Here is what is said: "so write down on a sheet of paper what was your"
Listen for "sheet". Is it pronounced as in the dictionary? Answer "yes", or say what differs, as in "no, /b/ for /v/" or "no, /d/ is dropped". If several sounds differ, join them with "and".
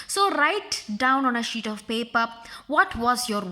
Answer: yes